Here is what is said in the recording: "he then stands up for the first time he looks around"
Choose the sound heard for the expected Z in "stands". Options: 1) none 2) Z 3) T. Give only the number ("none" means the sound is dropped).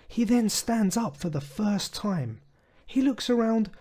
2